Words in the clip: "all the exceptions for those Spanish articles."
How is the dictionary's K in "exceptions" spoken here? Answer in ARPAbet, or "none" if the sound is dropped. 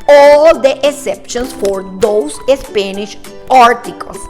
none